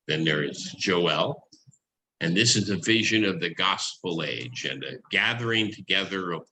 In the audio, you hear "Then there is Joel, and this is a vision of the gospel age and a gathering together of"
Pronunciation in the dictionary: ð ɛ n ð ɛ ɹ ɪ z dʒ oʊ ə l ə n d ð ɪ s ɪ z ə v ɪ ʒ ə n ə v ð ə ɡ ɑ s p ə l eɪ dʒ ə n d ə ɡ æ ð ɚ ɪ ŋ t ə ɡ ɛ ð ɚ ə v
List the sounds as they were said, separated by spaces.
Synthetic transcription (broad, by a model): ð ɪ n ð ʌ ɹ ɪ z dʒ oʊ ə l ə n ð ɪ s ɪ z ə v ɪ ʒ ə n ə v ð ə ɡ ɑ s p l eɪ dʒ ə n ə ɡ æ ð ɚ ɪ ŋ t ə ɡ ɛ ð ɚ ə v